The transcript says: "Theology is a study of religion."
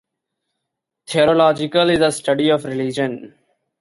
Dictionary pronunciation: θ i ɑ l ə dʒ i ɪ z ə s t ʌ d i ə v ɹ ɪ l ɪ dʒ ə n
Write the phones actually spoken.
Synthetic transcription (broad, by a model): t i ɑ l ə dʒ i ɪ z ə s t ʌ d i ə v ɹ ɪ l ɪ dʒ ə n